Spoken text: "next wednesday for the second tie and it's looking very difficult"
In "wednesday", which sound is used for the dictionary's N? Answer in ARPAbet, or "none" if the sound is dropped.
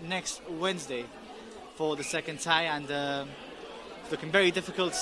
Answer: N